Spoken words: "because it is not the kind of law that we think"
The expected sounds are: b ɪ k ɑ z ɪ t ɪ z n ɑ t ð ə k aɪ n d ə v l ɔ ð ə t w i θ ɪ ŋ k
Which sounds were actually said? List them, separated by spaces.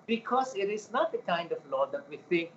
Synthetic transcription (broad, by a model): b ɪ k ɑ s ɪ t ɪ s n ɑ t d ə k aɪ n d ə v l ɔ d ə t w i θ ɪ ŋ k